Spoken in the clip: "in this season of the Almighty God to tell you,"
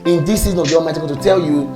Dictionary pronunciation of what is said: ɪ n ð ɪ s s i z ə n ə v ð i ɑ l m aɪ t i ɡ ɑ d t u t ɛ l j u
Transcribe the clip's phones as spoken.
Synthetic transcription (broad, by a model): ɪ n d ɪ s s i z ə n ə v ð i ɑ m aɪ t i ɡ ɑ t u t ɛ l j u